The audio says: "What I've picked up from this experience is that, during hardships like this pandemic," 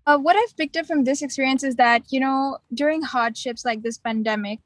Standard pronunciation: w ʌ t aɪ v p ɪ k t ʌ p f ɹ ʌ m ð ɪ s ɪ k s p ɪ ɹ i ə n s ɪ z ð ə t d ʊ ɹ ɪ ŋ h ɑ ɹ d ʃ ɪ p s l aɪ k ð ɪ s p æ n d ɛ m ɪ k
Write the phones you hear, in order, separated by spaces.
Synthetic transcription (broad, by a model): w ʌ t aɪ v p ɪ k t ʌ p f ɹ ʌ m ð ɪ s ɪ k s p ɪ ɹ i ə n s ɪ z ð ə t d ʊ ɹ ɪ ŋ h ɑ ɹ d ʃ ɪ p s l aɪ k ð ɪ s p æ n d ɛ m ɪ k